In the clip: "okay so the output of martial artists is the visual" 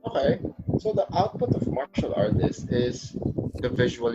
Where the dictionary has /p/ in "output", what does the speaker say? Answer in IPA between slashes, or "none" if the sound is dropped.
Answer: /p/